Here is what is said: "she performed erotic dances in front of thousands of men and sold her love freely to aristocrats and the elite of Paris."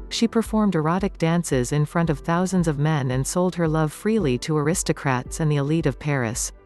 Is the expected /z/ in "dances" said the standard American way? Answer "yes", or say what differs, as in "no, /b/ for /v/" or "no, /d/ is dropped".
yes